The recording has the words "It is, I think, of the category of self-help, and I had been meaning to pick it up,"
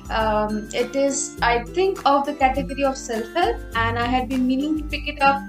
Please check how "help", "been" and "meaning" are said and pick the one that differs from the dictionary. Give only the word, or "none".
help